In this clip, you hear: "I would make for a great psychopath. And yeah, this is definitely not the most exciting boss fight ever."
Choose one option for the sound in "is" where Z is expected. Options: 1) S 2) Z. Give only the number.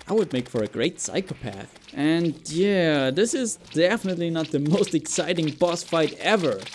2